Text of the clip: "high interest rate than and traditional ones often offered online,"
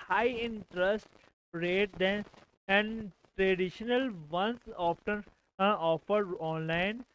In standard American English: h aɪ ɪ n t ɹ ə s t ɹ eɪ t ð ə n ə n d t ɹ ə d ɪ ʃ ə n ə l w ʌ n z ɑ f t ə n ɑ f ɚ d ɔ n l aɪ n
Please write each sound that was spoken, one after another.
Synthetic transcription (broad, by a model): h aɪ ɪ n t ɹ ə s t ɹ eɪ t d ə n ə n d t ɹ ə d ɪ ʃ ə n ə l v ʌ n s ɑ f t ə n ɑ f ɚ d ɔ n l aɪ n